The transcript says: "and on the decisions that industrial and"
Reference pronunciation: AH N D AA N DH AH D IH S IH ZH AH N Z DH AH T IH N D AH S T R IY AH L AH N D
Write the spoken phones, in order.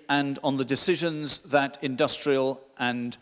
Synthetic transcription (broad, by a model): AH N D N DH AH D IH S IH ZH AH N Z DH AH T IH N D AH S T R IY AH L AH N